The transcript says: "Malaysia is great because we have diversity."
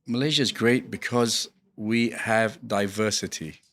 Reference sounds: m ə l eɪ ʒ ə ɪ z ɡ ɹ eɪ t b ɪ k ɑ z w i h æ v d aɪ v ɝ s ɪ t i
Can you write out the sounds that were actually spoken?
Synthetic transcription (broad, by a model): m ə l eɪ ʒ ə ɪ z ɡ ɹ eɪ t b ɪ k ɑ z w i h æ v d aɪ v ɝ s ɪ t i